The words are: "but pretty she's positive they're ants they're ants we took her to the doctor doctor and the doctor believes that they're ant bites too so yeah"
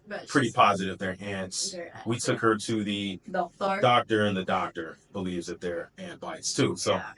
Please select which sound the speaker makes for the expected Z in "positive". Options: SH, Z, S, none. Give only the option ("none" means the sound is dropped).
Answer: Z